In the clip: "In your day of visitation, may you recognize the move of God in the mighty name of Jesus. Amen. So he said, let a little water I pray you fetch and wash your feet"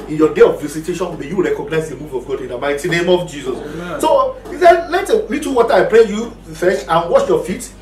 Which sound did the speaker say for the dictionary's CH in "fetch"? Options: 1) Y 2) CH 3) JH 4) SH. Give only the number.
4